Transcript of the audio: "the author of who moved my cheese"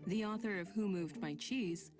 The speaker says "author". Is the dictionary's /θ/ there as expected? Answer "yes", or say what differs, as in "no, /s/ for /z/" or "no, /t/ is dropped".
yes